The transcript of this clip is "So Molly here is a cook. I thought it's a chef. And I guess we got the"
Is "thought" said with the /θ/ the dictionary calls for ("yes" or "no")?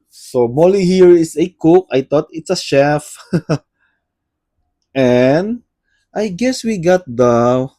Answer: no